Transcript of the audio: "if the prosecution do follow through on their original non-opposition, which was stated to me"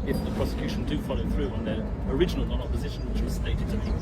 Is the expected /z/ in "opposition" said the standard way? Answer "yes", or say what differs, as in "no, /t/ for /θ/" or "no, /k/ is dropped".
yes